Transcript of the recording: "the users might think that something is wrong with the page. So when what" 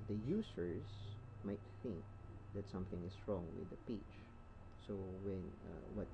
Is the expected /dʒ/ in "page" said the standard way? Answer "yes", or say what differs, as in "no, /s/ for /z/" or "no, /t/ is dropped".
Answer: no, /tʃ/ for /dʒ/